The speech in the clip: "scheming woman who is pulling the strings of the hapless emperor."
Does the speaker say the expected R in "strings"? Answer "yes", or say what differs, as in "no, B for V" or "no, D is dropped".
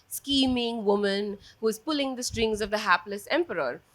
yes